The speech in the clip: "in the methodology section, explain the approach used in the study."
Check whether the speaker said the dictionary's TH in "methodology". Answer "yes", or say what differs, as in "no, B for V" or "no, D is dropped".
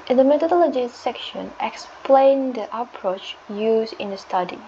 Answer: no, T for TH